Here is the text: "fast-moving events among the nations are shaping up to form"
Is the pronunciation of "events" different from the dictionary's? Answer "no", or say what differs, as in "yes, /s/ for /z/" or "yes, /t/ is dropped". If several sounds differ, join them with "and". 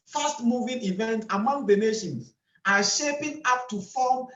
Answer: yes, /s/ is dropped